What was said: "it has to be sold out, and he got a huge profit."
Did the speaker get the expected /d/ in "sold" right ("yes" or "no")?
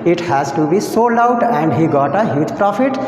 no